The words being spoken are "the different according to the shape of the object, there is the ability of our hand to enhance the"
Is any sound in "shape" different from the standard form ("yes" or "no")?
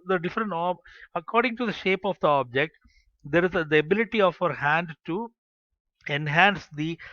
no